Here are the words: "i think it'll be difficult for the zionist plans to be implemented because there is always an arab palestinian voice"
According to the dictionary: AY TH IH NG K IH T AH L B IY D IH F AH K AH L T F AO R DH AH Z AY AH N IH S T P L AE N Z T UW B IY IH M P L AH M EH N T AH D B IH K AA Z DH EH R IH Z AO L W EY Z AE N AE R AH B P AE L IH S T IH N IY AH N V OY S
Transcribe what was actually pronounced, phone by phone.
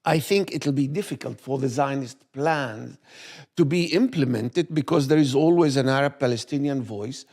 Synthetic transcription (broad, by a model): AY TH IH NG K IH T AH L B IY D IH F AH K AH L T F AO R DH AH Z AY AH N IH S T P L AE N Z T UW B IY IH M P L AH M EH N T AH D B IH K AA Z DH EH R IH Z AO L W EY Z AE N AE R AH B P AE L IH S T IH N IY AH N V OY S